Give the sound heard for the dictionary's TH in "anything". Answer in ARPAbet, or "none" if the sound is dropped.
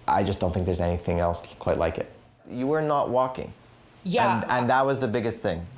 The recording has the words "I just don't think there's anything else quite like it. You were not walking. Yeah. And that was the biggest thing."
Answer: TH